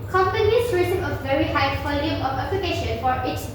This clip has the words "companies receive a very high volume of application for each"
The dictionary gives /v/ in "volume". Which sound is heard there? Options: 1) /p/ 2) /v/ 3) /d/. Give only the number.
1